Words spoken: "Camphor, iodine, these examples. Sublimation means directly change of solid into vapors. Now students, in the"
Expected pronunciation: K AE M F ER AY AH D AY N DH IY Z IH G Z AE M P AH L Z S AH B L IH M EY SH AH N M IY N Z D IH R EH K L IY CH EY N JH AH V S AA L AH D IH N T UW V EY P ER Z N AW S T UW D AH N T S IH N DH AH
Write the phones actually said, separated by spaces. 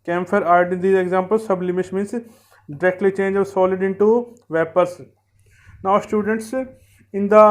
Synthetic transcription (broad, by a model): K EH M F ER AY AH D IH N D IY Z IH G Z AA M P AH L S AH B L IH M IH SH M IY N S D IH R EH K L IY CH EY N JH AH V S AA L AH D IH N T UW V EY P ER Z N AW S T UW D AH N T S IH N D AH